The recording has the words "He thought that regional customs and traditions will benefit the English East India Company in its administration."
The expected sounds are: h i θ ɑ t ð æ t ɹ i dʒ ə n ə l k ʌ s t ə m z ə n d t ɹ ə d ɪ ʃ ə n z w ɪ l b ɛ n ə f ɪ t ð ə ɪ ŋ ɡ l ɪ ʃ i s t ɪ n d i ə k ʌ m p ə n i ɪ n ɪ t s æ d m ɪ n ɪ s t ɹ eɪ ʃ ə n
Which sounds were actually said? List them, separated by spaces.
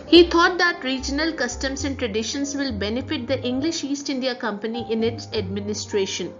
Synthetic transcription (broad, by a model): h i t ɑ t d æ t ɹ i dʒ ə n ə l k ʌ s t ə m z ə n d t ɹ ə d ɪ ʃ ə n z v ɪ l b ɛ n ə f ɪ t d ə ɪ ŋ ɡ l ɪ ʃ i s t ɪ n d i ə k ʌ m p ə n i ɪ n ɪ t s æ d m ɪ n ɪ s t ɹ eɪ ʃ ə n